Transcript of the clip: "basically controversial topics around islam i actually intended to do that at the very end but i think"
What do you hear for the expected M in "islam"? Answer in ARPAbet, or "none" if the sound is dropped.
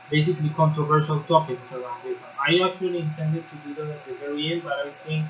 none